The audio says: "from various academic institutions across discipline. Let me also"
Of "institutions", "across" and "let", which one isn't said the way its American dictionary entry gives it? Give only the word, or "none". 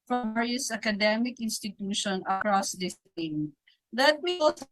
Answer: institutions